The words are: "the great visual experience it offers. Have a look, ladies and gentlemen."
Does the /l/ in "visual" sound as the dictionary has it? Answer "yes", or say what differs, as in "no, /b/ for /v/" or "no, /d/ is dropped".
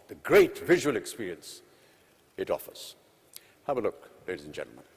yes